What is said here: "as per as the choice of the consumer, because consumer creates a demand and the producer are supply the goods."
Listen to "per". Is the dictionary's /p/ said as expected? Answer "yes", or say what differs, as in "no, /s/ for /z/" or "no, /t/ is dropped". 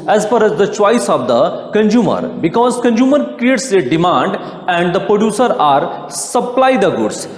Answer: no, /f/ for /p/